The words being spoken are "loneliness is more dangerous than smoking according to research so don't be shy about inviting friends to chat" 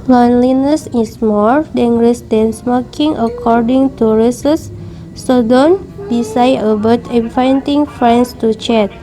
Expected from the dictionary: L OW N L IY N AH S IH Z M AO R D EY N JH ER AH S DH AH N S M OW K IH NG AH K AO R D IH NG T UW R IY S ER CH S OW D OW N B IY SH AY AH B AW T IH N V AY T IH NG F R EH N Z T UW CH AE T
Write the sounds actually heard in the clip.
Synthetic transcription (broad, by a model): L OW N L IY N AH S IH S M AO R D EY N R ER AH S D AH N S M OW K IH NG AH K AO R D IH NG T UW R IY S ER S OW D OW N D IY S AY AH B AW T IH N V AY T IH NG F R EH N S T UW CH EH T